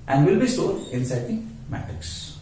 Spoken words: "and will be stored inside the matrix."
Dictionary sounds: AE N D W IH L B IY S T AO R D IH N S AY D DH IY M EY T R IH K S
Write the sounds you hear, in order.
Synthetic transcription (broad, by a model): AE N D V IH L B IY S T AO L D IH N S AY D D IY M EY T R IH K S